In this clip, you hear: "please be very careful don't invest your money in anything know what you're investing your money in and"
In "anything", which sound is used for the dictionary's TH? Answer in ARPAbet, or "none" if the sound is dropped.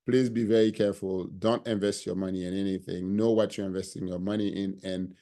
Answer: TH